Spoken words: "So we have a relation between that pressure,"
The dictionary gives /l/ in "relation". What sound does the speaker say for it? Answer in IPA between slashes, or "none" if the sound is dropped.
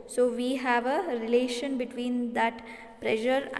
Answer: /l/